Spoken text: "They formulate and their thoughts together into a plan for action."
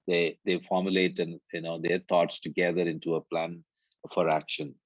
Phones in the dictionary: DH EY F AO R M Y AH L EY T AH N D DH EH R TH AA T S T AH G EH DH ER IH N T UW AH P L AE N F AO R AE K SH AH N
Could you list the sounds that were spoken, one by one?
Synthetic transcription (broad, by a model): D EY F AO R M Y AH L EY T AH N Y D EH R T AA T S T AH G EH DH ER IH N T UW AH P L AE N F AO R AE K SH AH N